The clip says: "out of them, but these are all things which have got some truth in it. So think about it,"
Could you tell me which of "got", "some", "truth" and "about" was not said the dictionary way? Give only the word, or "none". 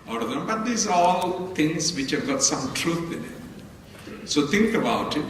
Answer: truth